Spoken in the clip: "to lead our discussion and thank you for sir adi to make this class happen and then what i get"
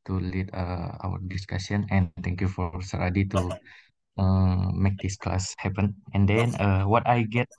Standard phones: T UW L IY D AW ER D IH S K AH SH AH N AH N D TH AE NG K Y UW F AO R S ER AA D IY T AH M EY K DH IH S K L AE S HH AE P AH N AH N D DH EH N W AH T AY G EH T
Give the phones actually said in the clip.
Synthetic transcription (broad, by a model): T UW L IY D AW ER D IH S K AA S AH N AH N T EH NG K Y UW F AO R S ER AA D IY T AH M EY K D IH S K L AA S HH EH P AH N AH N D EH N W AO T AY G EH T